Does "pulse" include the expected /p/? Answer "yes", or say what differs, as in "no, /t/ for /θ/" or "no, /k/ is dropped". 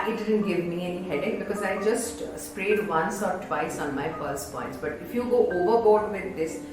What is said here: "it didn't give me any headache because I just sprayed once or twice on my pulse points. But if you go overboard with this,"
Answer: no, /f/ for /p/